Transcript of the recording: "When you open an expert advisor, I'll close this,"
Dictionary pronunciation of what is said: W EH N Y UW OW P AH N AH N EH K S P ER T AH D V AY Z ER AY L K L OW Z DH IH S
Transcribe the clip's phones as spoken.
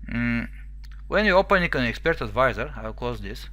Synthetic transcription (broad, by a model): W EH N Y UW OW P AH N AH N EH K S P ER T AH D V AY Z ER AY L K OW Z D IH S